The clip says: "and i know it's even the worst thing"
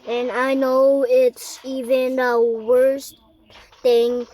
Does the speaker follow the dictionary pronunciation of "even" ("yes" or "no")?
yes